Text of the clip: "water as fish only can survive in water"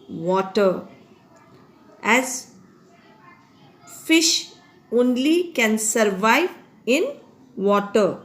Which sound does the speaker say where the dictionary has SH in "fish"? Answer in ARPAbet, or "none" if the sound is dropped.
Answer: SH